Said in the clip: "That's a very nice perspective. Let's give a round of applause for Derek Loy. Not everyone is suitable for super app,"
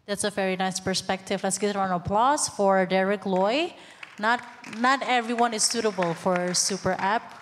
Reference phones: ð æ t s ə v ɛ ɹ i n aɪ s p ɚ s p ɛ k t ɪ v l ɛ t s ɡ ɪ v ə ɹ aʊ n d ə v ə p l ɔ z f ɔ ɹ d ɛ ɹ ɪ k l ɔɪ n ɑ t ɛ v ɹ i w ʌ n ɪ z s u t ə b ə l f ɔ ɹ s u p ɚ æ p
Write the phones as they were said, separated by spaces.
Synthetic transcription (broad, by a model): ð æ t s ə v ɛ ɹ i n aɪ s p ɚ s p ɛ k t ɪ v l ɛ t s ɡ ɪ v ə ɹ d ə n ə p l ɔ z f ɔ ɹ d ɛ ɹ ɪ k l ɔɪ n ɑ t ɛ v ɹ i w ʌ n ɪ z s u t ə b ə l f ɔ ɹ s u p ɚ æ p